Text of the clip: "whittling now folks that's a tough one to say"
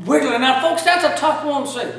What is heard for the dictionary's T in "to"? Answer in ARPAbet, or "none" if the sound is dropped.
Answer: S